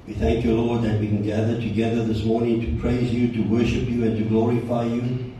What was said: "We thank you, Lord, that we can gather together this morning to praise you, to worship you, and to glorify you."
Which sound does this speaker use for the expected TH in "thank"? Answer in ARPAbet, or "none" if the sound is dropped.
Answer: TH